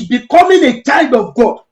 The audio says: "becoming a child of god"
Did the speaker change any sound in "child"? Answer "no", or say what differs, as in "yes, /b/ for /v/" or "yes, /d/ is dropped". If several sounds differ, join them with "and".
yes, /l/ is dropped